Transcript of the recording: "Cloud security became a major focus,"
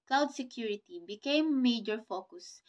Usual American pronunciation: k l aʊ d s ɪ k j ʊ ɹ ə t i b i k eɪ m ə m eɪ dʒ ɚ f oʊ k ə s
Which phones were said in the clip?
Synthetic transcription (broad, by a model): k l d s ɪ k j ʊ ɹ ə t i b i k eɪ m m eɪ dʒ ɚ f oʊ k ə s